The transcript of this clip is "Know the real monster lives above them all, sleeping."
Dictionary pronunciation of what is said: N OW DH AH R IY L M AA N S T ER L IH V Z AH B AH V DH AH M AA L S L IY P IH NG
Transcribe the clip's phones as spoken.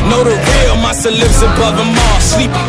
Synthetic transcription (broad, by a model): N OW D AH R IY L M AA S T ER L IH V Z AH B AH V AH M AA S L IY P